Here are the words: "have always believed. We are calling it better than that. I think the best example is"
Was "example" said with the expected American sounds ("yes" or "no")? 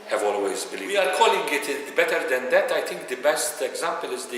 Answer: yes